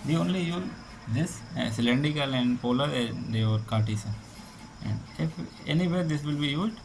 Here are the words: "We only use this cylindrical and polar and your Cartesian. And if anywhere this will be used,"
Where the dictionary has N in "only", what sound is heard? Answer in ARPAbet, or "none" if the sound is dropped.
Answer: N